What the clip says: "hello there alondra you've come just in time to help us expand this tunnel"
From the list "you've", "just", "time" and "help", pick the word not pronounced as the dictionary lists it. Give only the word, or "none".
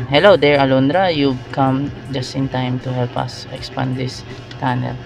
you've